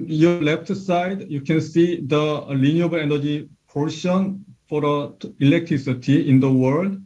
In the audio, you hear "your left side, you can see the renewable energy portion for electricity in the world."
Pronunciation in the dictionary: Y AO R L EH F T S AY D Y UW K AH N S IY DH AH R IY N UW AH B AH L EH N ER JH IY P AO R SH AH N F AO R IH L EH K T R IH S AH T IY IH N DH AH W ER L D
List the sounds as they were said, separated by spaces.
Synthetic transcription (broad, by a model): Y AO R L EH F T S AY D Y UW K AH N S IY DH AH L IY N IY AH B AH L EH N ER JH IY P AO R SH AH N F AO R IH L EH K T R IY S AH T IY IH N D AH W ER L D